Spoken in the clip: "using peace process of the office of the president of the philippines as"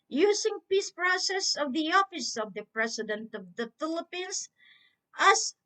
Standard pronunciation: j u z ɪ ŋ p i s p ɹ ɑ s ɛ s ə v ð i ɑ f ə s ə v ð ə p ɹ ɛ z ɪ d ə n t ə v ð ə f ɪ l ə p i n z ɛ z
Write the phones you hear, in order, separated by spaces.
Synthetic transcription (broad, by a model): j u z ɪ ŋ p i s p ɹ ɑ s ɛ s ə v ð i ɑ f ə s ə v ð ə p ɹ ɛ s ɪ d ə n t ə v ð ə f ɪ l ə p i n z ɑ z